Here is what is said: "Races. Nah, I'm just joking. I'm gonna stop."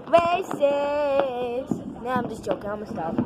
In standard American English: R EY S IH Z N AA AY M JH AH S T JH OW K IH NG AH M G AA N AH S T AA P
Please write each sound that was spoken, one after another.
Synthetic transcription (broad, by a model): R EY S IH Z N AA AY M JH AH S JH OW K IH NG AH M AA AH S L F